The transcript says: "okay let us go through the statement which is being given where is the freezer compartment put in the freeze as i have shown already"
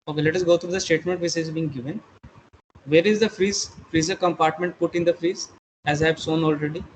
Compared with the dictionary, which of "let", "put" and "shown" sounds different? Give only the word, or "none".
shown